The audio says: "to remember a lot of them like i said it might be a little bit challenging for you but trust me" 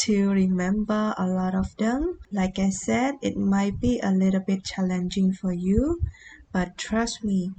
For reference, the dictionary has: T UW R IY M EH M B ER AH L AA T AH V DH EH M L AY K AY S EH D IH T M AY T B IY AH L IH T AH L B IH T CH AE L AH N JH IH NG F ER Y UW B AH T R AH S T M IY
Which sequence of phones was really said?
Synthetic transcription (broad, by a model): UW R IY M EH M B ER AH L AA T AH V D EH M L AY K AY S EH D IH T M AY T B IY AH L IH T AH L B IH T CH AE L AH N JH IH NG F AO Y UW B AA T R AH S T M IY